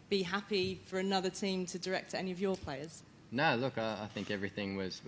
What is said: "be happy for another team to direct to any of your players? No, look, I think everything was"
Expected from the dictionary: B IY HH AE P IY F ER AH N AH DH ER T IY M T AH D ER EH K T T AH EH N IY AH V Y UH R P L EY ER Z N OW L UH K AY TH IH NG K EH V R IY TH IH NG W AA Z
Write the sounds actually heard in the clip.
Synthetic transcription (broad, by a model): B IY HH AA P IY F ER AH N AH DH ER T IY M T AH D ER EH K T T EH N IY AH V Y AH P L EY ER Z N OW L UH K AY TH IH NG K EH V R IY TH IH NG W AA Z